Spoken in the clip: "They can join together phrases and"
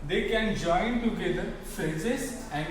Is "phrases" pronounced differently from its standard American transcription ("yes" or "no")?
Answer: yes